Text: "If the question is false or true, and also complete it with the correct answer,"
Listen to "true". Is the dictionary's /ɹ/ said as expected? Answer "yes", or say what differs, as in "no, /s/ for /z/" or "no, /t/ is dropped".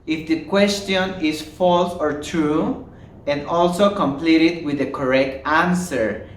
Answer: yes